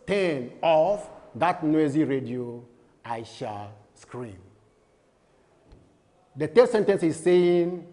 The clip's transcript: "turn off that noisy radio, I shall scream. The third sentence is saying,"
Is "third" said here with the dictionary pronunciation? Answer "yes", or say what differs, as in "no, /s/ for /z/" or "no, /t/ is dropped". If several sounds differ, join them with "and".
no, /t/ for /θ/